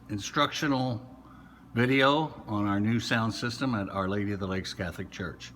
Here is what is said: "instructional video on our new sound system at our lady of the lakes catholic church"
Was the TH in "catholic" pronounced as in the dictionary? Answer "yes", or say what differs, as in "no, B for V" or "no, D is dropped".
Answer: yes